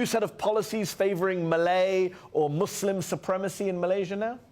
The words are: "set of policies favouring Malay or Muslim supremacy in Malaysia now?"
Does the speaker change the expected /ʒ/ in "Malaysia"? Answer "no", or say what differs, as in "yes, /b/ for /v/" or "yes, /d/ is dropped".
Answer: no